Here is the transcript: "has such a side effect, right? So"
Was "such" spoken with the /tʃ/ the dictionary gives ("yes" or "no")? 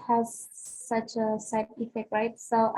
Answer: yes